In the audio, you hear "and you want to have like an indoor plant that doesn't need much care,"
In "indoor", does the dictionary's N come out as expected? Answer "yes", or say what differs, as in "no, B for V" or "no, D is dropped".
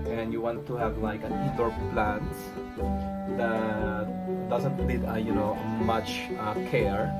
no, N is dropped